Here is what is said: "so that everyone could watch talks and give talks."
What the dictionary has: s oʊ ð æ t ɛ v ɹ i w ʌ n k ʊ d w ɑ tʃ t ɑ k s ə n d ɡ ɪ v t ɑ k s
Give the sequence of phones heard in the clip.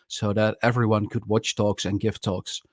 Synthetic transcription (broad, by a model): s oʊ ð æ t ɛ v ɹ i w ʌ n k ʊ d w ɑ tʃ t ɑ k s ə n ɡ ɪ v t ɑ k s